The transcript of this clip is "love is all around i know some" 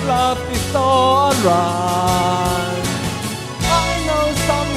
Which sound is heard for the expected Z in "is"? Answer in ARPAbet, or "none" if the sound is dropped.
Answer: S